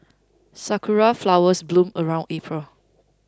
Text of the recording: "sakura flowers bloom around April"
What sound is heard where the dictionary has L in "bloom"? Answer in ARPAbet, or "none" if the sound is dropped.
L